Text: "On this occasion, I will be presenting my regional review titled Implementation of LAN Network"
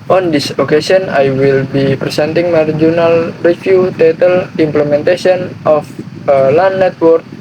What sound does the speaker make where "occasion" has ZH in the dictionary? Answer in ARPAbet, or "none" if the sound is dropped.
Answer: S